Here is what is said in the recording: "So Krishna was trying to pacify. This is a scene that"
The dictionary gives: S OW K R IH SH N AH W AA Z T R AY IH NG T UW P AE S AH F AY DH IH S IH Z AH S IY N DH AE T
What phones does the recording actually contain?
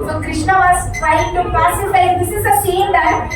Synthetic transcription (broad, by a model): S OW K R IH SH N AH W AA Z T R AY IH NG T UW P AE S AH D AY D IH S IH Z AH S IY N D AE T